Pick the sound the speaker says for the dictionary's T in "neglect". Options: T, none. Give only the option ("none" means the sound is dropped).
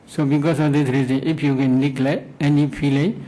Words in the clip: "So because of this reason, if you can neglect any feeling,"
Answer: none